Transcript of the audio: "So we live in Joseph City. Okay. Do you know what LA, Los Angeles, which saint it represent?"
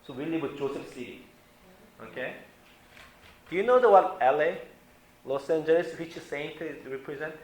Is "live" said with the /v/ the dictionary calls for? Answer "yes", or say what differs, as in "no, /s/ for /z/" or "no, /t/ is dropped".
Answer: no, /w/ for /v/